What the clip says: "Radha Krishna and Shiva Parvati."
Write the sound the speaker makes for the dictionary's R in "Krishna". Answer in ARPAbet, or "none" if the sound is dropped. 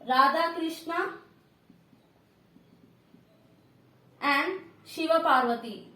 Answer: R